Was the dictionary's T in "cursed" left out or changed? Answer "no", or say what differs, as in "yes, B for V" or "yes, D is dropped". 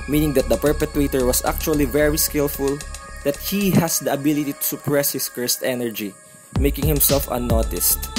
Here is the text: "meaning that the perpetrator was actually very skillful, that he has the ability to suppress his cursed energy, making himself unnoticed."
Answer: no